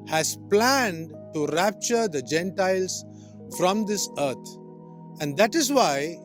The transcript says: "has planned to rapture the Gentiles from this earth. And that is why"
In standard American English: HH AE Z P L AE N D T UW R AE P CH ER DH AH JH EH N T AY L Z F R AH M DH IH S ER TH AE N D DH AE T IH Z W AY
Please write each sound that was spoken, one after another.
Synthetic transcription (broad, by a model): HH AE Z P L AE N D T UW R AE P CH ER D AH JH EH N T AY L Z F R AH M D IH S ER T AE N D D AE T IH Z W AY